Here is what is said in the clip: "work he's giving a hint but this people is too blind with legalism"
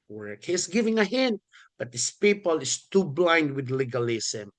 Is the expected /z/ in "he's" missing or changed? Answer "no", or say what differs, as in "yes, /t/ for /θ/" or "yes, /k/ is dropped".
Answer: yes, /s/ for /z/